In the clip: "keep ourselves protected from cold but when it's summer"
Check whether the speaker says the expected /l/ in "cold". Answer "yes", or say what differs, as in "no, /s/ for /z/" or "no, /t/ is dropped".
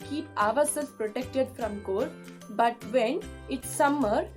no, /l/ is dropped